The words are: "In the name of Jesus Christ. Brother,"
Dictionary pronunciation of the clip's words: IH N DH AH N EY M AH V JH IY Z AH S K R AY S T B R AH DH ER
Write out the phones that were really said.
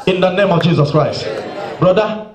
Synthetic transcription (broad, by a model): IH N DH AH N EY M AH V JH IY Z AH S K R AY S T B R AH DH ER